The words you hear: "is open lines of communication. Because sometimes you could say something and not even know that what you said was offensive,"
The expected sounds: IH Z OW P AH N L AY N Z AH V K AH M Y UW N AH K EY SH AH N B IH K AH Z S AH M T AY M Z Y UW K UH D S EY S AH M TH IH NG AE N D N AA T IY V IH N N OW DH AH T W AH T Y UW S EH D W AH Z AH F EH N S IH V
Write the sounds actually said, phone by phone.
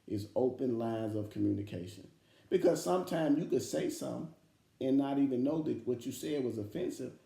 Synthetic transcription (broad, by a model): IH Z OW P AH N L AY N Z AH V K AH M Y UW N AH K EY SH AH N B IH K AH Z S AH M T AY M Z Y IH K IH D S EY S AH M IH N N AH T IY V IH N N OW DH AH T W AH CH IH S EH D W AH Z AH F EH N S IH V